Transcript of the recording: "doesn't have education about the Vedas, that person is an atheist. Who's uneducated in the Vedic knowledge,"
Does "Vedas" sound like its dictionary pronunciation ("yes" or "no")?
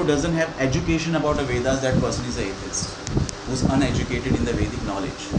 yes